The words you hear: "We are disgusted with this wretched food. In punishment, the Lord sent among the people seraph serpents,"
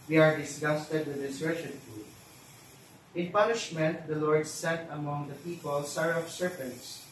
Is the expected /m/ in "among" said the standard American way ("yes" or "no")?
yes